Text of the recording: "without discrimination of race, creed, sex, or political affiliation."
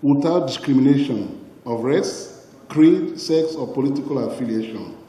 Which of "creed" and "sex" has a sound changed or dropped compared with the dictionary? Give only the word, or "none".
none